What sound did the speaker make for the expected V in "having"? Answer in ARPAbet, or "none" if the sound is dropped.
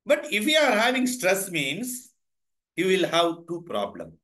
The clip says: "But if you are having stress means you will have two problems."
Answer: V